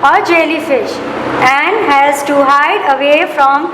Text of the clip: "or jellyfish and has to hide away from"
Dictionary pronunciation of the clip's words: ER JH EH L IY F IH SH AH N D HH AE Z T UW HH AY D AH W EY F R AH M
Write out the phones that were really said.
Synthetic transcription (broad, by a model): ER JH EH L IY F IH SH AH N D HH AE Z T UW HH AY D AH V EY F R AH M